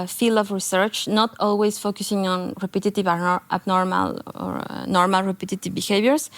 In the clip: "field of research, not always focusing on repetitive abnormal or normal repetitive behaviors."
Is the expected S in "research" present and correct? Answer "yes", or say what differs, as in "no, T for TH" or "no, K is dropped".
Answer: yes